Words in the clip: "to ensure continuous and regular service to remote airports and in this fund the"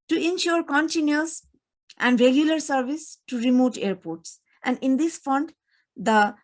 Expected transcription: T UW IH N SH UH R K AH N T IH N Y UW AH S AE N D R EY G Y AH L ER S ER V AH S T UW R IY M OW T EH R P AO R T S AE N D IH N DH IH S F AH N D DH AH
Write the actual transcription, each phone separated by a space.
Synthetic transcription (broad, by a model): T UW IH N SH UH R K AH N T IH N Y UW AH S AE N D R EY G Y AH L ER S ER V AH S T UW R IY M OW T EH R P AO R T S AE N D IH N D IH S F AH N D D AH